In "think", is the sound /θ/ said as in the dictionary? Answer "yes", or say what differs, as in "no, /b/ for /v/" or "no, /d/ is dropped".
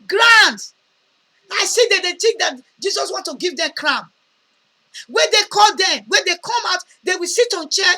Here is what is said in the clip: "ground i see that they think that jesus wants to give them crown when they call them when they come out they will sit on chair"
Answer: no, /t/ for /θ/